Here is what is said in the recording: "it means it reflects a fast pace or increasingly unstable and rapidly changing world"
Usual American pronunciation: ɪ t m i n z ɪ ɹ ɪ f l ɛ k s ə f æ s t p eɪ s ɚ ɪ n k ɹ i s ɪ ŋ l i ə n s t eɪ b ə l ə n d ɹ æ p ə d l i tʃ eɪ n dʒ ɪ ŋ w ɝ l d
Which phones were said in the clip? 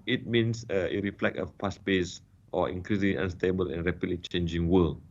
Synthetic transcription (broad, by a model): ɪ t m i n s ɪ ɹ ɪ f l ɛ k ə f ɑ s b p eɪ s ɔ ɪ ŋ k ɹ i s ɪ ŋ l i ə n s t eɪ b ə l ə n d ɹ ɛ p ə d l i tʃ eɪ n dʒ ɪ ŋ w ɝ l